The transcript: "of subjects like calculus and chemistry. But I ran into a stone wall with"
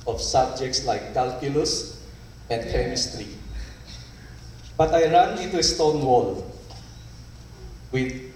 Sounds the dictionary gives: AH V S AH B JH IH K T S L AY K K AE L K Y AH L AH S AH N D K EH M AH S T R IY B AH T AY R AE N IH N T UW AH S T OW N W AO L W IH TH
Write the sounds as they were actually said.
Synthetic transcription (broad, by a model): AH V S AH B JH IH K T S L AY K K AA L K Y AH L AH S AH N D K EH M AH S T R IY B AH T AY R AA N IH T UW AH S T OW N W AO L W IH